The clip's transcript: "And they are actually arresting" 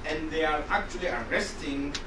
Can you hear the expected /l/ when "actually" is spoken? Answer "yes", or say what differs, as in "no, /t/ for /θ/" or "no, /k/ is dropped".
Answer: yes